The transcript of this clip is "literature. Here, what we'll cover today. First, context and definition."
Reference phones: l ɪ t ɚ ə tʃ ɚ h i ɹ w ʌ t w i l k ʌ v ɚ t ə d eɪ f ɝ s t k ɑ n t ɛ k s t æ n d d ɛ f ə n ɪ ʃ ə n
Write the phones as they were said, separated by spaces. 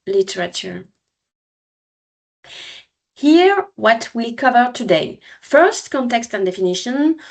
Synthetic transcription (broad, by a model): l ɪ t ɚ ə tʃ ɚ h i ɹ w ʌ t w i l k ʌ v ɚ t ə d eɪ f ɝ s t k ɑ n t ɛ k s t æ n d d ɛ f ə n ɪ ʃ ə n